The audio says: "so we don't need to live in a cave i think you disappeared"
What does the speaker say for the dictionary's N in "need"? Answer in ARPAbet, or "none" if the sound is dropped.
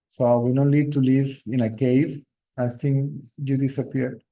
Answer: L